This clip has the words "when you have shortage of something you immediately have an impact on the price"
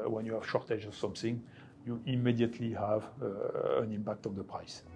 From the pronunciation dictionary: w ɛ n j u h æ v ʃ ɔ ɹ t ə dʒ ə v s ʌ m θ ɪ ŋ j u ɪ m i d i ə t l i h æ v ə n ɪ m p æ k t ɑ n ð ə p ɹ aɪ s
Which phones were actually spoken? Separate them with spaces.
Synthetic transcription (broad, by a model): w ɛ n j u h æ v ʃ ɔ ɹ t ə dʒ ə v s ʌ m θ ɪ ŋ j u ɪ m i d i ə t l i h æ v ə n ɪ m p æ k t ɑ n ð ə p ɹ aɪ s